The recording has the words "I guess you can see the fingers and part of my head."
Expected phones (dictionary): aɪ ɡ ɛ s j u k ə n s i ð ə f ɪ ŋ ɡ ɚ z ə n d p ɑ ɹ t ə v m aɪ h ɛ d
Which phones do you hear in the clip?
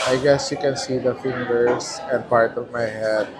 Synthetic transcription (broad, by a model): aɪ ɡ ɛ s j u k ə n s i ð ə f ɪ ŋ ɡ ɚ s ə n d p ɑ ɹ t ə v m aɪ h ɛ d